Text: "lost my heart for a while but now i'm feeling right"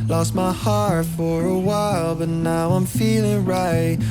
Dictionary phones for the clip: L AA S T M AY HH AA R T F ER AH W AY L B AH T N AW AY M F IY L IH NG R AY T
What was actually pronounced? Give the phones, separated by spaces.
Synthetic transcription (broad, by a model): L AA S T M AY HH AA R T F ER AH W AY L B AH T N AW AY M F IY L IH NG R AY T